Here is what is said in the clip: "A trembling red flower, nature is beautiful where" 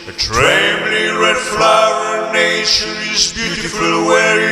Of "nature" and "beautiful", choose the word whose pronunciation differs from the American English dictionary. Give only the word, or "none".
nature